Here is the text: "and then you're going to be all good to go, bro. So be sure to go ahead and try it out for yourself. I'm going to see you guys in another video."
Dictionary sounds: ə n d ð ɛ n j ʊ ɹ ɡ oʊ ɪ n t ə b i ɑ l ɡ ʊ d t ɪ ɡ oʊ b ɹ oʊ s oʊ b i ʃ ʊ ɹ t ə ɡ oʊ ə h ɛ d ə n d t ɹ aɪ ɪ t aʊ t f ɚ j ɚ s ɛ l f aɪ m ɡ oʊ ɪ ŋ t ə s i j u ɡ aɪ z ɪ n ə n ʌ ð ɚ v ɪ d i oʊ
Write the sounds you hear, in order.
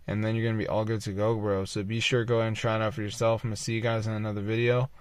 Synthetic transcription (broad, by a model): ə n ð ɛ n j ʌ ɹ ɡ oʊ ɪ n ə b i ɑ l ɡ ʊ d t ɪ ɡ oʊ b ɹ oʊ s oʊ b i ʃ ʊ ɹ ɡ oʊ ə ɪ ə n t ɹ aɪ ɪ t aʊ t f ɚ j ɚ s ɛ l f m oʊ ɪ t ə s i j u ɡ aɪ z ɪ n ə n ʌ ð ɚ v ɪ d i oʊ